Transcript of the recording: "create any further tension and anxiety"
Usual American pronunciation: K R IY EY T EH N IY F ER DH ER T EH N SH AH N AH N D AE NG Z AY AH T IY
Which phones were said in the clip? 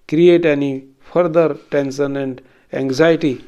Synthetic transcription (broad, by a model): K R IY EY T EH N IY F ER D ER T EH N S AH N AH N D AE NG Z AY T IY